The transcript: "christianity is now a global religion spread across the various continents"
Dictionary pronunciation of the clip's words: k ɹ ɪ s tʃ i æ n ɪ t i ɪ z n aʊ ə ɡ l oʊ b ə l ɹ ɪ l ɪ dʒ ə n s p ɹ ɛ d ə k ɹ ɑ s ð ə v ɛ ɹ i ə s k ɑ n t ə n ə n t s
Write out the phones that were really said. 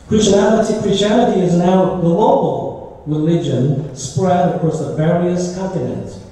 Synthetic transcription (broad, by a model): k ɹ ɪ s tʃ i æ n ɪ t i ɪ z n aʊ ə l oʊ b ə l ɹ ɪ l ɪ dʒ ə n s p ɹ ɛ d ə k ɹ ɑ s ð ə v ɛ ɹ i ə s k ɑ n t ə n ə n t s